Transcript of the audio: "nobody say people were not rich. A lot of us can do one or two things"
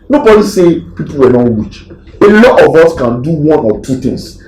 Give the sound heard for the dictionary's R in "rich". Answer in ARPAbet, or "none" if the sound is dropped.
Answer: W